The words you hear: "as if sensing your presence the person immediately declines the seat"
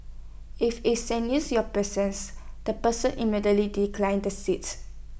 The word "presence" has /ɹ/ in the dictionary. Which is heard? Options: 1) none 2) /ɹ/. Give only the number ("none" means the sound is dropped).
1